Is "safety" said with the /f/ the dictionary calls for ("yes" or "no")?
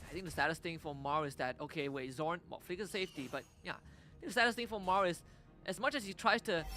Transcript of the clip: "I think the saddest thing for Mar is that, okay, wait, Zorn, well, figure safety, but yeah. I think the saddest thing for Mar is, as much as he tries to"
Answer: yes